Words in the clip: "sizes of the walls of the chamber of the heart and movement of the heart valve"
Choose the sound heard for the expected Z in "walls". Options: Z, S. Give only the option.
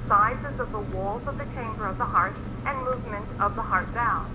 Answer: Z